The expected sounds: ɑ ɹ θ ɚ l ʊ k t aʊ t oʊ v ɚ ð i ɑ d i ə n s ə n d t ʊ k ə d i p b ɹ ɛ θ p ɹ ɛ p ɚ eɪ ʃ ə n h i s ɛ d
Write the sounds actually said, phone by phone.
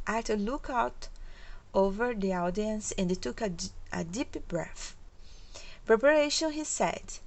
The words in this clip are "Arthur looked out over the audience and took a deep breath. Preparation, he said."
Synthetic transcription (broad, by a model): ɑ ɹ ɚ l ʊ k aʊ t oʊ v ɚ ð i ɑ d i ə n s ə n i t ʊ k ə d i p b ɹ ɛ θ p ɹ ɛ p ɚ eɪ ʃ ə n h i s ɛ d